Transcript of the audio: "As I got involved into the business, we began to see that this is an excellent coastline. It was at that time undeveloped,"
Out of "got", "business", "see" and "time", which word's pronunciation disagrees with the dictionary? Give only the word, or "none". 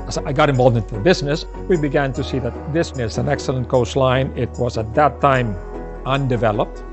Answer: none